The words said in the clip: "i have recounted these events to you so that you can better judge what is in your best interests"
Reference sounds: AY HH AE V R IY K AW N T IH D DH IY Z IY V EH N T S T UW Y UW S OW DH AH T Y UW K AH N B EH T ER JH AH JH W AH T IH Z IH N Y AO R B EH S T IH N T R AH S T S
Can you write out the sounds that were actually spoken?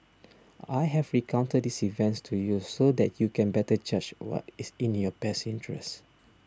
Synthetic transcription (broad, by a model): AY HH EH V R IY K AW N T IH D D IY S IY V EH N T S T UW Y UW S OW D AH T Y UW K AH N B EH T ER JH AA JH W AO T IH S IH N Y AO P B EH S IH N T R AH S S